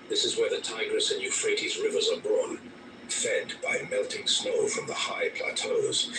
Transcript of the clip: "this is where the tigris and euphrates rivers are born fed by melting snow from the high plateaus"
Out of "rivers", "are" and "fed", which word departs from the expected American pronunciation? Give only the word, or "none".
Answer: none